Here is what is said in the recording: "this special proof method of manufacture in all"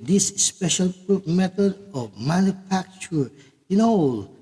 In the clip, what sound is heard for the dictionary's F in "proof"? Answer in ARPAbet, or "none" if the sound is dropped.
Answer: P